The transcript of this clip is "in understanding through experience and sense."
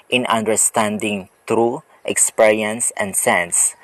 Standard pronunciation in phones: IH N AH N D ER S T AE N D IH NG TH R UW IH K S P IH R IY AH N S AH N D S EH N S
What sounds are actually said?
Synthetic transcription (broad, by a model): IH N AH N D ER S T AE N D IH NG T R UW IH K S P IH R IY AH N S AH N D S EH N S